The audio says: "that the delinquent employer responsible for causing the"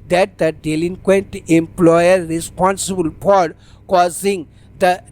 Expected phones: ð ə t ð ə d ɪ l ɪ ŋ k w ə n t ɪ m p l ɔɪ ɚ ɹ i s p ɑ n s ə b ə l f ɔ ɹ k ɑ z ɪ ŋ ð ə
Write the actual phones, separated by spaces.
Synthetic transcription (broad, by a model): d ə t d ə d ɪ l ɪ ŋ k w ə n t ɪ m p l ɔɪ ɚ ɹ i s p ɑ n s ə b ə l p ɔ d k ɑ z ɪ ŋ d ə